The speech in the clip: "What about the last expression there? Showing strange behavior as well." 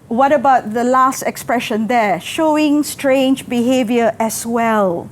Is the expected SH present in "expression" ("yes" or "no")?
yes